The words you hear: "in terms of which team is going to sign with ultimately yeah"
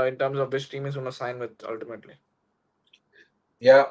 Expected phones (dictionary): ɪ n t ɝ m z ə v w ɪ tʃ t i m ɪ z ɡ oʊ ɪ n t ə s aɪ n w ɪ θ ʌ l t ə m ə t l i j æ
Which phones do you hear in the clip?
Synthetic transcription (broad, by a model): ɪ n t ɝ m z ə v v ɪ s t i m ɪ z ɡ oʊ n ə s aɪ n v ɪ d ʌ l t ə m ə t l i j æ